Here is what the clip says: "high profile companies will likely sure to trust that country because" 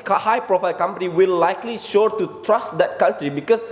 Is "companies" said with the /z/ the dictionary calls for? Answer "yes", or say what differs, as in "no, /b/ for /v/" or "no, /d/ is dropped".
no, /z/ is dropped